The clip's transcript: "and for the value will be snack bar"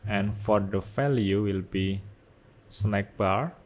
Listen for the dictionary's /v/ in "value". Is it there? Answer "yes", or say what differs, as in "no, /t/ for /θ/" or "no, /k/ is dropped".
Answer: no, /f/ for /v/